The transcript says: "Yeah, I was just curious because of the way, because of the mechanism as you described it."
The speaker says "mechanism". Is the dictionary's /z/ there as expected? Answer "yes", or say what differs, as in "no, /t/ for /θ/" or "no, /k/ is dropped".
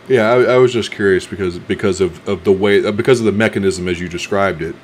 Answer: yes